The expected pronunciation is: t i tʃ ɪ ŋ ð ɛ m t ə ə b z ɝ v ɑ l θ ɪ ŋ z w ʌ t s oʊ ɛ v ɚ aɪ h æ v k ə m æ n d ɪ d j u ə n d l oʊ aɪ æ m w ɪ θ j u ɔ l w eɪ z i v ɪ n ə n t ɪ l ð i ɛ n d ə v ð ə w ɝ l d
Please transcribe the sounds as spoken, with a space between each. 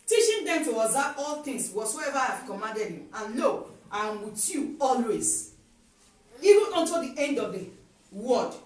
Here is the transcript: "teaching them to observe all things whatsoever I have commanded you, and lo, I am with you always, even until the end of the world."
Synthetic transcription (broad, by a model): t i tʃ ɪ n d ɛ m t ə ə z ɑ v ɑ l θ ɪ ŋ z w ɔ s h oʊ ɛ v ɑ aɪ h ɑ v k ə m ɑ n d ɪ d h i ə n l oʊ aɪ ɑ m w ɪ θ j u ɔ l w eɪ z i v ɪ n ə n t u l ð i ɛ n d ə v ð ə w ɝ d